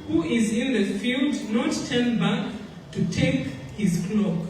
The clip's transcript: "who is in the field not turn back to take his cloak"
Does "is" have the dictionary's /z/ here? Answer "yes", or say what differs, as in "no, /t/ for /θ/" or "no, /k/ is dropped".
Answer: yes